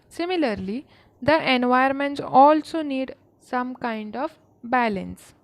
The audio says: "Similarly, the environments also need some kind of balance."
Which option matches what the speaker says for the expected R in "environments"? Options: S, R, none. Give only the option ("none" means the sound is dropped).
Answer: none